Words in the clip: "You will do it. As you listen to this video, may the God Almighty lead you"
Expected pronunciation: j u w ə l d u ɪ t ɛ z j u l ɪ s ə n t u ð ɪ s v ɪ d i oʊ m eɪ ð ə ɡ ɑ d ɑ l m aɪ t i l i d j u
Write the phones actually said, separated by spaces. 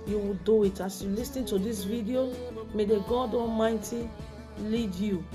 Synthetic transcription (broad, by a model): j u w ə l d u ɪ t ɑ s j u l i s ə n t u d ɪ s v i d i oʊ m eɪ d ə ɡ ɑ d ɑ m aɪ t i l i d j u